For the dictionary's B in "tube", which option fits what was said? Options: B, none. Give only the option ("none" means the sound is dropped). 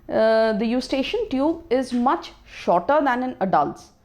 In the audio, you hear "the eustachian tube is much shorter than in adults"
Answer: B